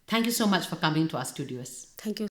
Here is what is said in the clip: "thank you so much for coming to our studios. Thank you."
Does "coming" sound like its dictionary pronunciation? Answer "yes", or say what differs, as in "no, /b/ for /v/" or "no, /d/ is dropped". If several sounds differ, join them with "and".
yes